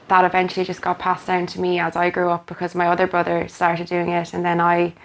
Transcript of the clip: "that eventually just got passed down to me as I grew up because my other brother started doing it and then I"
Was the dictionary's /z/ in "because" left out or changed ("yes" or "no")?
no